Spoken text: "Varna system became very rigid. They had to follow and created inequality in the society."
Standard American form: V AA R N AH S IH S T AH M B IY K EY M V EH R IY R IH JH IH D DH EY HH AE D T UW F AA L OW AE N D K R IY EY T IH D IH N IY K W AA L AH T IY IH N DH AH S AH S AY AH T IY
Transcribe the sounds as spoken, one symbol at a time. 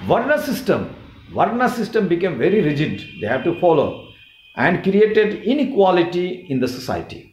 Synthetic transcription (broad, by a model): V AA R N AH S IH S T AH M B IY K EY M V EH R IY R IH JH IH D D EY HH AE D T UW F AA L OW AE N D K R IY EY T IH D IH N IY K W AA L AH T IY IH N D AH S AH S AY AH T IY